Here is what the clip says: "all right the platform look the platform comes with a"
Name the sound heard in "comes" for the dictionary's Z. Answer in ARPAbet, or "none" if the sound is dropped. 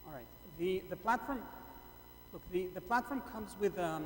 Z